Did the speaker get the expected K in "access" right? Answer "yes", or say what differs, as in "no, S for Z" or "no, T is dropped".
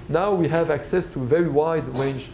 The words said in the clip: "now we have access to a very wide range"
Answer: yes